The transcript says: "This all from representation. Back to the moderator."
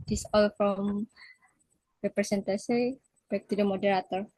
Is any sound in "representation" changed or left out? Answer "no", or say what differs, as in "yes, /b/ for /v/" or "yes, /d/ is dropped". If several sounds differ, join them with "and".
yes, /s/ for /z/ and /s/ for /ʃ/